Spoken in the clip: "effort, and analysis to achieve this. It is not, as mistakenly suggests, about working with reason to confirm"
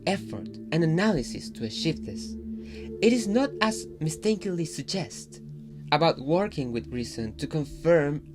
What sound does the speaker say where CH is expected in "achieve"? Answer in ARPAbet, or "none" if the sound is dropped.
SH